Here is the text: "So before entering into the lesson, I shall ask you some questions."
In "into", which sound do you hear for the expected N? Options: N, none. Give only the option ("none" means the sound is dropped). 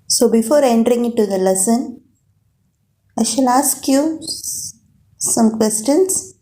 none